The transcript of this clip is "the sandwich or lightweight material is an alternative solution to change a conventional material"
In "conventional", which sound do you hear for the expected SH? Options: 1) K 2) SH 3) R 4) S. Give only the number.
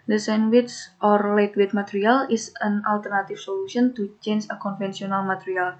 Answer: 4